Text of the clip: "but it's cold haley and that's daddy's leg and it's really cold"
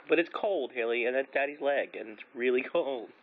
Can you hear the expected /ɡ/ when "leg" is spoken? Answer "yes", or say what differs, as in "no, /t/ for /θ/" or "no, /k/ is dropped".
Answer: yes